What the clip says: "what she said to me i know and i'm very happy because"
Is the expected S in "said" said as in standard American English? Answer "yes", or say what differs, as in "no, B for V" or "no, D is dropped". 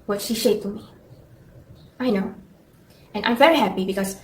no, SH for S